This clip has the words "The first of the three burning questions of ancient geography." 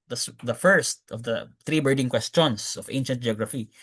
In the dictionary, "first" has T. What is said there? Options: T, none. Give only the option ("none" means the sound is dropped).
T